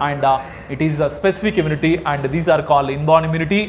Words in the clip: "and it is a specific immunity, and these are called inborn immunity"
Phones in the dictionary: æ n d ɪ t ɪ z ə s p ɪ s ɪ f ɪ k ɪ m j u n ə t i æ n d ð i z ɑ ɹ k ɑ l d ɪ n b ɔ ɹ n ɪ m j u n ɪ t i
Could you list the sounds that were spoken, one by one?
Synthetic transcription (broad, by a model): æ n d ɪ t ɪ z ə s p ɪ s ɪ f ɪ k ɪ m j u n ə t i æ n d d i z ɑ ɹ k ɑ l d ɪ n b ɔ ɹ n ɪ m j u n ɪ t i